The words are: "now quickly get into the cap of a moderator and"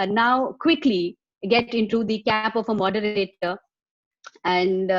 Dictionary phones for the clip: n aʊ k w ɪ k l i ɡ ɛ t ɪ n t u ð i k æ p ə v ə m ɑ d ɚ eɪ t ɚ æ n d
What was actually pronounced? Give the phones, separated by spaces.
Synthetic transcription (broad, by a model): n aʊ k w ɪ k l i ɡ ɛ t ɪ n t u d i k æ p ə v ə m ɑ d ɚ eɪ t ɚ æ n d